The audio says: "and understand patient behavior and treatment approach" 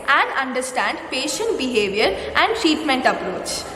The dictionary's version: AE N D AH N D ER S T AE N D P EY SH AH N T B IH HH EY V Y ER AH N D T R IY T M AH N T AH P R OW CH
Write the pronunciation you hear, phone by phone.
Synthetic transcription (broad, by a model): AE N D AH N D ER S T AE N D P EY SH AH N T B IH HH EY V Y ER AH N D T R IY T M AH N T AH P R OW CH